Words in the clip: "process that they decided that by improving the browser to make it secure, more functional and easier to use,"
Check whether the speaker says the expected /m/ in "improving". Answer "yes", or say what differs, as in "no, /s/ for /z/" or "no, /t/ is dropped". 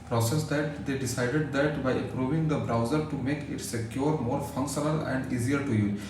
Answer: no, /m/ is dropped